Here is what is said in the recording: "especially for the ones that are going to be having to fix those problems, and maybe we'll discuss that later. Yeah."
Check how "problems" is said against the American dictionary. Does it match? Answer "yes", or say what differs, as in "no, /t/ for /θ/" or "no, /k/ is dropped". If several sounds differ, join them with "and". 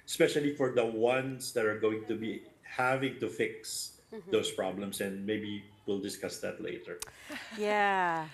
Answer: no, /s/ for /z/